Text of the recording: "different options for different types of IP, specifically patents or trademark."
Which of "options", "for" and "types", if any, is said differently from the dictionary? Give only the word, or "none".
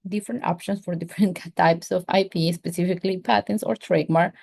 options